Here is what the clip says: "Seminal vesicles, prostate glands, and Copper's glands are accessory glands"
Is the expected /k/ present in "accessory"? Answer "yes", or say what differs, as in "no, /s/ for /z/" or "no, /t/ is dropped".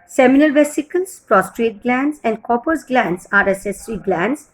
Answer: no, /k/ is dropped